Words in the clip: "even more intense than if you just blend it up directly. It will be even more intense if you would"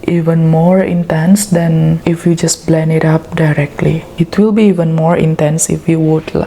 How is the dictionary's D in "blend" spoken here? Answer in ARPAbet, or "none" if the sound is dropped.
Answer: none